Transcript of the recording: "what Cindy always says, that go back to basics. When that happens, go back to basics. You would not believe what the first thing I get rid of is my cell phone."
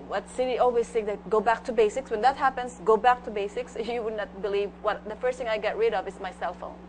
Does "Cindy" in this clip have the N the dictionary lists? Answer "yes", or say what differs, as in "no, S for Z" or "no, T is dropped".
no, N is dropped